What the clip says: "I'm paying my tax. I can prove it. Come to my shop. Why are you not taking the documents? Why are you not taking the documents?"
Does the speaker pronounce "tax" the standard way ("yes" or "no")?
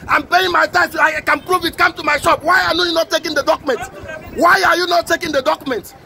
no